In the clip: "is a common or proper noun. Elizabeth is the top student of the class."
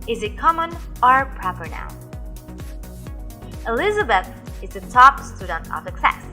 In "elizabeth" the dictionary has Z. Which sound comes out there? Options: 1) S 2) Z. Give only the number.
2